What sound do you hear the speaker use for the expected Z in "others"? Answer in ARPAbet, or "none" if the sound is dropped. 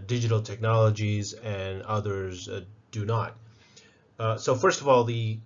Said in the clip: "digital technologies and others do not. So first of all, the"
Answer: Z